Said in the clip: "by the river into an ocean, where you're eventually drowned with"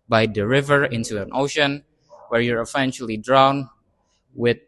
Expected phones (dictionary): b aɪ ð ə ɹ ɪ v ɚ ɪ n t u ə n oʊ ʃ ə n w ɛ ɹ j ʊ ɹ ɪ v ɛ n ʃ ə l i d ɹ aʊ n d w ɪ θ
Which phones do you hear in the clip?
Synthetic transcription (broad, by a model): b aɪ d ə ɹ ɪ v ɚ ɪ n t u ə n oʊ ʃ ə n w ɛ ɹ j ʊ ɹ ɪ f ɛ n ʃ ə l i d ɹ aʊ n w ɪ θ